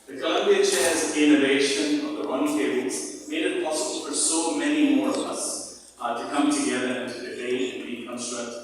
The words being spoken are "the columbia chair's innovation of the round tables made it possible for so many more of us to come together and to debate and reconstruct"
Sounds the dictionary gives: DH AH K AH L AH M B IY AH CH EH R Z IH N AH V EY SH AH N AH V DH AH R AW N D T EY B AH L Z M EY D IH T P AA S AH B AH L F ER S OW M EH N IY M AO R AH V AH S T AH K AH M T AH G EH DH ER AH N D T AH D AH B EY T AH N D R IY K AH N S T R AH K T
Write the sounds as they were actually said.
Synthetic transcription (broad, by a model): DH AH K AH L AH M B IY AH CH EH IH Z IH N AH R EY SH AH N AH V DH AH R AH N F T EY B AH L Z M EY D IH T P AA S AH B AH L F ER S OW M EH N IY M AO R AH V AH S T AH K AH M T AH G EH DH ER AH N T AH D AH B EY AH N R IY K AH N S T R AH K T